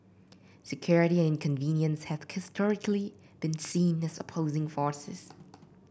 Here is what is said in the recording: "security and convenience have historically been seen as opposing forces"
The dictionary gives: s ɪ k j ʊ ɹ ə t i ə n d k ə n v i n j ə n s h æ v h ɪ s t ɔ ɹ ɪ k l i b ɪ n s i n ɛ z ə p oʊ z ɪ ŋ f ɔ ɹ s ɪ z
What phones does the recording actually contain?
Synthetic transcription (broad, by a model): s ɪ k j ʊ ɹ ə t i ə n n k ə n v i n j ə n s h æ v h ɪ s t ɔ ɹ ɪ k l i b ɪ n s i n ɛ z ə p oʊ z ɪ ŋ f ɔ ɹ s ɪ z